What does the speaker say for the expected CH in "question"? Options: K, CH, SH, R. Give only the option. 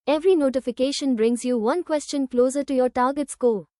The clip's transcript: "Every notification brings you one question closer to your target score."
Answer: CH